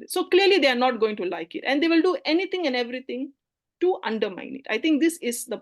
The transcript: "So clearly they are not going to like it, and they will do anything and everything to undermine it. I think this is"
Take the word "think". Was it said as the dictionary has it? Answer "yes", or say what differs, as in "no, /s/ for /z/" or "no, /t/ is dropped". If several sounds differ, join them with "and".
no, /t/ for /θ/